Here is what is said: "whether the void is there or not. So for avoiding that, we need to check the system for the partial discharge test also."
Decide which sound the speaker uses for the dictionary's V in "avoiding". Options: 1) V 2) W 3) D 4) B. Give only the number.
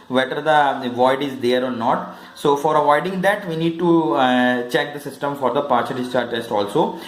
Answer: 1